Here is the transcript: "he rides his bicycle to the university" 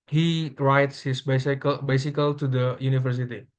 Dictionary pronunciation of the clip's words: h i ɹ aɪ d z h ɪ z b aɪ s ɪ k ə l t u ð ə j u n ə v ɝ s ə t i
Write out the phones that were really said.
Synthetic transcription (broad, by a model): h i ɹ aɪ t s h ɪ s b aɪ s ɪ k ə l t u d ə j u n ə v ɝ s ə t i